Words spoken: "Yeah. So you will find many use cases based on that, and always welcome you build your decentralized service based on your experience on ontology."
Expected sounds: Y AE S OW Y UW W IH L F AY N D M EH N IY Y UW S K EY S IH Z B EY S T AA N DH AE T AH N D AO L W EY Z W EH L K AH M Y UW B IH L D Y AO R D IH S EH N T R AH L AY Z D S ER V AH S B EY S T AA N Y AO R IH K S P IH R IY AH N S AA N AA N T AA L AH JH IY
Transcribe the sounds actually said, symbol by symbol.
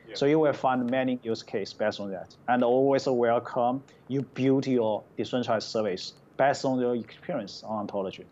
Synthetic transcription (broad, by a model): S OW Y UW W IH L F AY N D M EH N IY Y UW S K EY IH S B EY S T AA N DH AE T AH N D AO L W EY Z W EH L K AH M Y UW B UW D Y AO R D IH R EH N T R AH IH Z S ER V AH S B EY S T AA N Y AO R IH K S P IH R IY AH N S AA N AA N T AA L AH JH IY